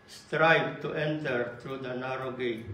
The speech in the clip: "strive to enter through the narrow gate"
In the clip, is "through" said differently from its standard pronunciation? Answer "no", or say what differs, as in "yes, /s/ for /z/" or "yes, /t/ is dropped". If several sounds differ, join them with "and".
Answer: yes, /t/ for /θ/